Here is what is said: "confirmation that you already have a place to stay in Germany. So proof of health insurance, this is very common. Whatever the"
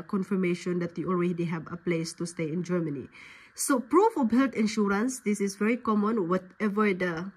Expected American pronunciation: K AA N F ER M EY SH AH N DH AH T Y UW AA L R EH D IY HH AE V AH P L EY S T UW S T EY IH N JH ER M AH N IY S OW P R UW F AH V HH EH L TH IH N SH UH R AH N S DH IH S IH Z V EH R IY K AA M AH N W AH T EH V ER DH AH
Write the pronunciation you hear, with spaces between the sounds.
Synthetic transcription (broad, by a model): K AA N F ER M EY SH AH N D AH T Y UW AA L R EH D IY HH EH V AH P L EY S T UW S T EY IH N JH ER M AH N IY S OW P R UW F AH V HH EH L T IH N SH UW R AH N S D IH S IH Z V EH R IY K AA M AH N W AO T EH V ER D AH